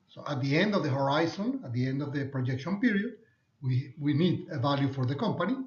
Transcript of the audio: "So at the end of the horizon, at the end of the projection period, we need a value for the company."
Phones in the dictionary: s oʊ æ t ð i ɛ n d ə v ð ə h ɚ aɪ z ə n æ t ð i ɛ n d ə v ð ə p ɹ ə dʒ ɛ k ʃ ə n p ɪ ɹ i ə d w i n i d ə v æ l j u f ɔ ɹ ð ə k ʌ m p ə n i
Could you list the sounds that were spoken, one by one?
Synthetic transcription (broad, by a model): s oʊ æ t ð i ɛ n d ə v ð ə h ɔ aɪ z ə n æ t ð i ɛ n d ə v ð ə p ɹ ə dʒ ɛ k ʃ ə n p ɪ ɹ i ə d w i n i d ə v æ l j u f ɔ ɹ ð ə k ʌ m p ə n i